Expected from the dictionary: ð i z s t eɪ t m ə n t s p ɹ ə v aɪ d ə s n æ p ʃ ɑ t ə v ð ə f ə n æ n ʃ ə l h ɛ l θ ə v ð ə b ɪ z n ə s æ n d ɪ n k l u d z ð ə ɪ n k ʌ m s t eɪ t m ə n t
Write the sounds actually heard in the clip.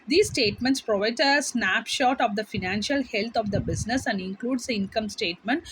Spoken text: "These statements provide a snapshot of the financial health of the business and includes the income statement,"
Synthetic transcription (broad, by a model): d i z s t eɪ t m ə n t s p ɹ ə v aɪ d ə s n æ p ʃ ɑ t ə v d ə f ə n æ n ʃ ə l h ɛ l t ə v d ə b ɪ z n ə s æ n d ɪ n k l u d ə ɪ n k ʌ m s t eɪ t m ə n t